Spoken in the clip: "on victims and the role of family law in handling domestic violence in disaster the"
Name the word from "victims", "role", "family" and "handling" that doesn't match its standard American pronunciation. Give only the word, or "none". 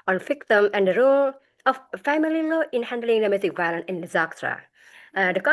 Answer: victims